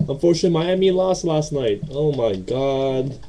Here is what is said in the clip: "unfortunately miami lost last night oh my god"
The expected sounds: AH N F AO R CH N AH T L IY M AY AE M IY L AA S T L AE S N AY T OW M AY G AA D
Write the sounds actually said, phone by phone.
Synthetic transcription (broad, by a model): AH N F AO R CH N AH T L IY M AY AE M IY L AA S T L AE S N AY T OW M AY G AA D